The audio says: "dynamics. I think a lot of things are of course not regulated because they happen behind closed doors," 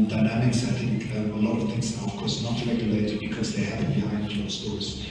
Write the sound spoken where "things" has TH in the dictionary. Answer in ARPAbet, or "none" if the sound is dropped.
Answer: TH